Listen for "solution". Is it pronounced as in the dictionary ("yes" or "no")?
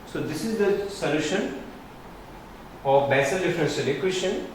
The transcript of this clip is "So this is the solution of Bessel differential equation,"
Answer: yes